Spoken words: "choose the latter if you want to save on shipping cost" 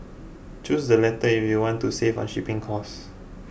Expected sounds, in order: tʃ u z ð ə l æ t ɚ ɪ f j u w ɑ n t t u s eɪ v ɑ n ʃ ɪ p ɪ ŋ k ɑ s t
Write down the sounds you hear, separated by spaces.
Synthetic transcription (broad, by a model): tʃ u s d ə l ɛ t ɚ ɪ f j u w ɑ n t t u s eɪ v ɑ n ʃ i p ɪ ŋ k ɑ s